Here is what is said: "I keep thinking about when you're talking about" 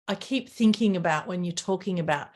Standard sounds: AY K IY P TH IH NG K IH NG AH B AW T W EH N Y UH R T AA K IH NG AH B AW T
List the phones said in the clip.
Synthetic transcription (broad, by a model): AY K IY P TH IH NG K IH NG AH B AW T W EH N Y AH R T AA K IH NG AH B AW T